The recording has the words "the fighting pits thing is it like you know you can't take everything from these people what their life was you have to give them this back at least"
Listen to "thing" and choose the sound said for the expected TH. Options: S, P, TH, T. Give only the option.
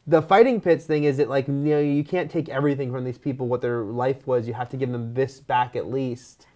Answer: TH